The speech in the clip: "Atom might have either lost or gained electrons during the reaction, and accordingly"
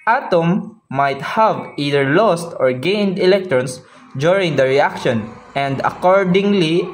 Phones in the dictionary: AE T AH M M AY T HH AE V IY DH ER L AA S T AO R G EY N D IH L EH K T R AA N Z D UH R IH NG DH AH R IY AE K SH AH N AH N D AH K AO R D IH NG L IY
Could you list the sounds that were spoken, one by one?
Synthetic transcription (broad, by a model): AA T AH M M AY T HH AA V IY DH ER L AA S T AO R G EY N D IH L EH K T R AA N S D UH R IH NG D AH R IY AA K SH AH N AH N D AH K AO R D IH NG L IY